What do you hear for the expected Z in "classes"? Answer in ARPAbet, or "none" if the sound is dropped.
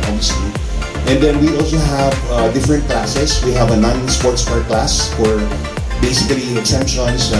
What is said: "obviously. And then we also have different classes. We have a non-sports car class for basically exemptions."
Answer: S